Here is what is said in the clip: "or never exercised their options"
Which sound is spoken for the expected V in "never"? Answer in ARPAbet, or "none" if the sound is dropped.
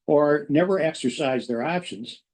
V